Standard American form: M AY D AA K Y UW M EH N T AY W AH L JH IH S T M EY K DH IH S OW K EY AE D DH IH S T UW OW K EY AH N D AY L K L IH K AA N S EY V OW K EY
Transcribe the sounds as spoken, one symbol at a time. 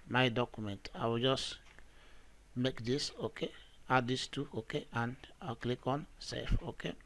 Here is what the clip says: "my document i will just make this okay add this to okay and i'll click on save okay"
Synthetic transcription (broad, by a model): M AY D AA K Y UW M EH N T AY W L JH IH S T M EY K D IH S OW K EY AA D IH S T UW OW K EY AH N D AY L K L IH K AA N S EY F OW K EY